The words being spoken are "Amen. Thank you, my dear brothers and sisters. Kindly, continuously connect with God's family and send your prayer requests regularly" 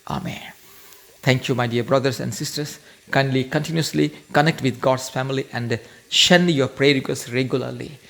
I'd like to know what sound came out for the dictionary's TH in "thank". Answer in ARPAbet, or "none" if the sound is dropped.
T